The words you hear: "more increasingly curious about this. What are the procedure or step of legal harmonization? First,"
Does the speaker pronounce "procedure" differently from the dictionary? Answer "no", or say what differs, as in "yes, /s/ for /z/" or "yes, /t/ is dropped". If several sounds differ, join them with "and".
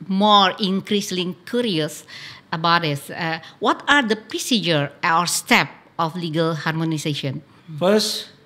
no